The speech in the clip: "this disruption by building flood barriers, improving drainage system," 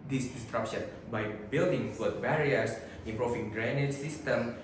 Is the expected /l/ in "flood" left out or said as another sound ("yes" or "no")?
yes